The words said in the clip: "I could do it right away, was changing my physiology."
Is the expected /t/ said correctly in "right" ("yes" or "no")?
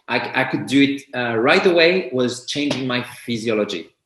yes